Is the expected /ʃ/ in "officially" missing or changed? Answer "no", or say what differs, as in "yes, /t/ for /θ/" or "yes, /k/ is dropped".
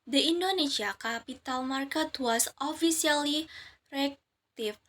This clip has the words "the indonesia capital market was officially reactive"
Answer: yes, /s/ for /ʃ/